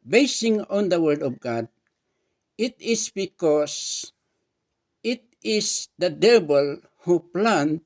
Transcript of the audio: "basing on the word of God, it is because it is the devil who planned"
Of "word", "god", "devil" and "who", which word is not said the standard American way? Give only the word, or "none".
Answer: devil